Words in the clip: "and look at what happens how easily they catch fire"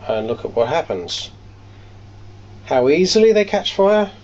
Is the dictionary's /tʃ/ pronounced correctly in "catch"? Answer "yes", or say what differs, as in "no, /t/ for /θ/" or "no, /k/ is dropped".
yes